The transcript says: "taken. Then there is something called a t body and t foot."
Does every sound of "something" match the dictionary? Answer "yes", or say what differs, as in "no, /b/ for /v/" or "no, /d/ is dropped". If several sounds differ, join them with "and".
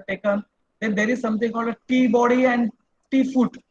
no, /t/ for /θ/